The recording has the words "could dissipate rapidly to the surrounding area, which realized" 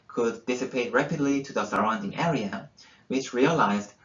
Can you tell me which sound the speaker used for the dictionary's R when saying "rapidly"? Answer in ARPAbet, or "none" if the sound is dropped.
R